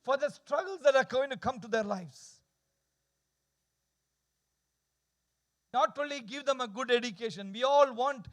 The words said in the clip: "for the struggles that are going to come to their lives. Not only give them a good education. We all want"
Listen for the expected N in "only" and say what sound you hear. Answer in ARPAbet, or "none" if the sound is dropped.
none